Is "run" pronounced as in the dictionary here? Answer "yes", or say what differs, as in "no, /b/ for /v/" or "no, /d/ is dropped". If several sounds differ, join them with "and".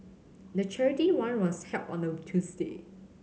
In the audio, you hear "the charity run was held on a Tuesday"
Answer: no, /w/ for /ɹ/